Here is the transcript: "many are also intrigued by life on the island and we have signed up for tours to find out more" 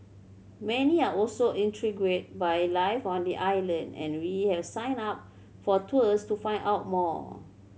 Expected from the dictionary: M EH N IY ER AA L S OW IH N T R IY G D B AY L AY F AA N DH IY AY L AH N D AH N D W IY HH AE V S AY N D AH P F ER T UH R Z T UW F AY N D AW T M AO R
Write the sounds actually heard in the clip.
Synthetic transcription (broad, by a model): M EH N IY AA AA L S OW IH N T R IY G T B AY L AY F AA N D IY AY L AH N D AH N W IY HH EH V S AY N AA P F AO T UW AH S T UW F AY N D AW T M AO